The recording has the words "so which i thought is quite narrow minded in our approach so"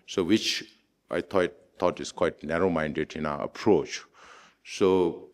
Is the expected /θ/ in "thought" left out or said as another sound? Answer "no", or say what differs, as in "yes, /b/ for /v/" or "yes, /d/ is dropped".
yes, /t/ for /θ/